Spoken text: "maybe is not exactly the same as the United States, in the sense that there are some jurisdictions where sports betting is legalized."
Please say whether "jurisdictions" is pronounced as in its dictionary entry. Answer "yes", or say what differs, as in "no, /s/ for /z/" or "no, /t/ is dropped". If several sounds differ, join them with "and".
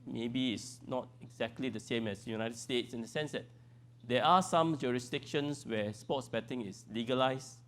no, /s/ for /z/